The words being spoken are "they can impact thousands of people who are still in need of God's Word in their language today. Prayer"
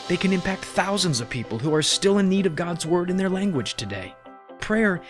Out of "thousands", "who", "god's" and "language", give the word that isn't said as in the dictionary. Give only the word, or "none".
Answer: none